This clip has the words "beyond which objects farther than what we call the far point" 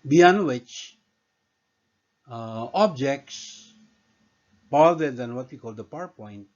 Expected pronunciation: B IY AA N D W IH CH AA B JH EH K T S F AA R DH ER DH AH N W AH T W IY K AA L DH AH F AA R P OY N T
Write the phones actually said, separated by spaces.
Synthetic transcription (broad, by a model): B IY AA N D W IH CH AA B JH EH K T S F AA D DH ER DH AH N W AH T W IY K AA L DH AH P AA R P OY N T